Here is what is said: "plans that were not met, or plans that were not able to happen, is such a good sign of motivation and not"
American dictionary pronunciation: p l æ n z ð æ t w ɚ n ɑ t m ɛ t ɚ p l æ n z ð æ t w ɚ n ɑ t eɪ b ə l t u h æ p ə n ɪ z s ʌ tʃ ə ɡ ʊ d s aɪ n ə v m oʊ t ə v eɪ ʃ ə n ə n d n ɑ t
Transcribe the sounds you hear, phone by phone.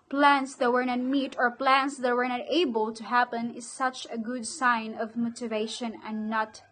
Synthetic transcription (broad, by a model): p l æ n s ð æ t w ɚ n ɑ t m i t ɚ p l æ n s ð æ t w ɚ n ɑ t eɪ b ə l t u h æ p ə n ɪ z s ʌ tʃ ə ɡ ʊ d s aɪ n ə v m oʊ t ə v eɪ ʃ ə n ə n n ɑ t